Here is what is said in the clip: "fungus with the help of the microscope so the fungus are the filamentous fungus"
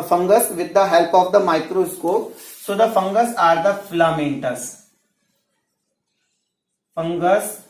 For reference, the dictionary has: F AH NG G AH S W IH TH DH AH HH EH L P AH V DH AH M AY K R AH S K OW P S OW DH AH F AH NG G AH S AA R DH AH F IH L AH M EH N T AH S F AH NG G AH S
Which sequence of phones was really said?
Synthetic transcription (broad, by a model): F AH NG G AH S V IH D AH HH EH L P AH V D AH M AY K R AH S K OW P S OW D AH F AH NG G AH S AA R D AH F IH L AH M EH N T AH S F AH NG G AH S